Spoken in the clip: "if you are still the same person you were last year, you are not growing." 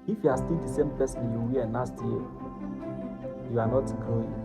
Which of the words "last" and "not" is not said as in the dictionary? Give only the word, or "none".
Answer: last